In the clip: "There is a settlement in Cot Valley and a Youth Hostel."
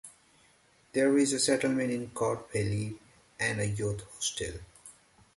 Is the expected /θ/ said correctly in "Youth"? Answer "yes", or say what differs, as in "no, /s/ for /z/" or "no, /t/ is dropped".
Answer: no, /t/ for /θ/